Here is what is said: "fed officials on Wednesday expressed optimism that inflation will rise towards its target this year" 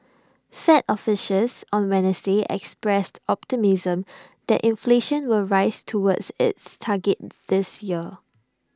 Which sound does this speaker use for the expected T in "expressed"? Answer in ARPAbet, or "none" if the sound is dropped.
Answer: T